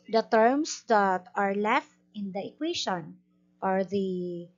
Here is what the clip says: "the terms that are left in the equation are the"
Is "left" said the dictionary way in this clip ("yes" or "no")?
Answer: yes